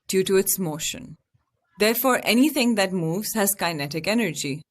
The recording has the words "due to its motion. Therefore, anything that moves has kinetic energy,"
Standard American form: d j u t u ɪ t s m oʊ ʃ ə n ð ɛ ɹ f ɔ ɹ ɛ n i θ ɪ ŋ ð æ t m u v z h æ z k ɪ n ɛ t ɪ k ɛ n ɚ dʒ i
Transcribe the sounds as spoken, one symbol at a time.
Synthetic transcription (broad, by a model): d j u t u ɪ t s m oʊ ʃ ə n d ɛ ɹ f ɔ ɹ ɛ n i t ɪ ŋ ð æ t m u v z h æ z k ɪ n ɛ t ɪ k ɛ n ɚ dʒ i